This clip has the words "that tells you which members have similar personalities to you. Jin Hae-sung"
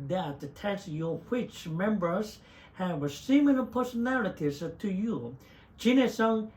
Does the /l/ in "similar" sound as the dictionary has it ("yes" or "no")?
no